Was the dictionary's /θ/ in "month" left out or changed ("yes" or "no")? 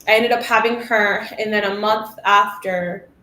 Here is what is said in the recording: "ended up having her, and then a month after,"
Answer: no